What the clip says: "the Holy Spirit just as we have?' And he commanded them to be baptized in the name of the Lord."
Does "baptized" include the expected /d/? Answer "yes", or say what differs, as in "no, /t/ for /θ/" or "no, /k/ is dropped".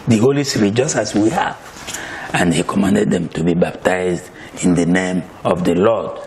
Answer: yes